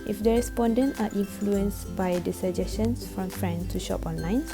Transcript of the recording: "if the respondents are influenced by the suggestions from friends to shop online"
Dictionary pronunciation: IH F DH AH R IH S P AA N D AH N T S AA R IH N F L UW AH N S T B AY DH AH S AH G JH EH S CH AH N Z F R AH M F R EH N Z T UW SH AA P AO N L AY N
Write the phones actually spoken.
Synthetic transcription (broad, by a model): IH F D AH R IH S P AA N D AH N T AA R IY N F L UW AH N S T B AY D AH S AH JH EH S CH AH N S F R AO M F R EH N T UW SH AA P AO N L AY N